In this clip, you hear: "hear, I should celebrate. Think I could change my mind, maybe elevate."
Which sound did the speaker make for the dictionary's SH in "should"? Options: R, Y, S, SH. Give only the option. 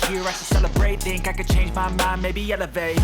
S